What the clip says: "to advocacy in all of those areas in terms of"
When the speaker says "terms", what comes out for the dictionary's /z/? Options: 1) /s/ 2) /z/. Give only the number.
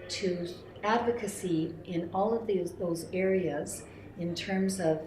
2